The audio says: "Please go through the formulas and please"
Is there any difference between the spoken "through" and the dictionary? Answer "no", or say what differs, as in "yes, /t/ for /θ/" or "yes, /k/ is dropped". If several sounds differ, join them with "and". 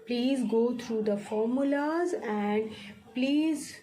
yes, /t/ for /θ/